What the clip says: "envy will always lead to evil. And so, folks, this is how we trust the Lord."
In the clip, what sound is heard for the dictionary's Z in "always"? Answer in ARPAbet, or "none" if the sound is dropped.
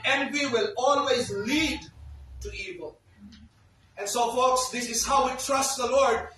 Z